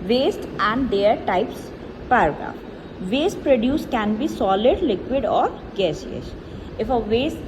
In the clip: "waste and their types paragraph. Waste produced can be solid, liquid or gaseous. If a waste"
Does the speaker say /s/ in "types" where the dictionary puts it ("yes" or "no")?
yes